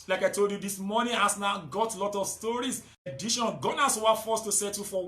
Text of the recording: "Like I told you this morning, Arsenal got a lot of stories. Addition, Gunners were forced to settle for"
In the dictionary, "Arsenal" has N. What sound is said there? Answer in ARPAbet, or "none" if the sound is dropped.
none